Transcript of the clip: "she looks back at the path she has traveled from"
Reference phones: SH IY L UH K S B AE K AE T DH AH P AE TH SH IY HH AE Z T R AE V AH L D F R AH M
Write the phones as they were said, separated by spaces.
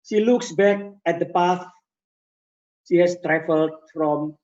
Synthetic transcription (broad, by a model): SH IY L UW K S B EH K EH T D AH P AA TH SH IY HH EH S T R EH F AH L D F R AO M